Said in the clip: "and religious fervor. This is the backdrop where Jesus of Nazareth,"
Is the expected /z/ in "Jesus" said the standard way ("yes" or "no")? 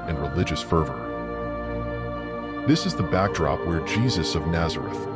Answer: yes